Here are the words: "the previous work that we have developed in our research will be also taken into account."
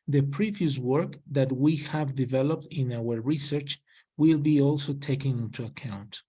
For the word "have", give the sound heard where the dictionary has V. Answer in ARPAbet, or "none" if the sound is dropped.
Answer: V